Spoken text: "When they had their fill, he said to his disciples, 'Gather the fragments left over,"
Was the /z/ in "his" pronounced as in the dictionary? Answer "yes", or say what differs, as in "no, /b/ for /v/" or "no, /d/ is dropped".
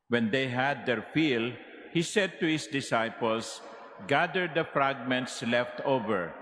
no, /s/ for /z/